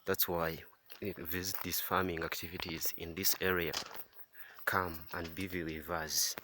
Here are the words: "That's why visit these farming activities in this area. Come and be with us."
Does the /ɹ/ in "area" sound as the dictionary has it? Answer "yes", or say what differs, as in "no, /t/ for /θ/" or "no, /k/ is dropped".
yes